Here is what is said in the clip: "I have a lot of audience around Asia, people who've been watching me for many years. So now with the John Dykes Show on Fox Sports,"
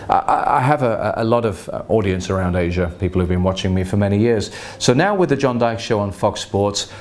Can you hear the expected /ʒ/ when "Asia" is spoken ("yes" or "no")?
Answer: yes